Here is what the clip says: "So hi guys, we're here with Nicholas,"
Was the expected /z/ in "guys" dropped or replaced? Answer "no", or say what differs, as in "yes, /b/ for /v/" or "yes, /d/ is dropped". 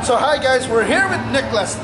no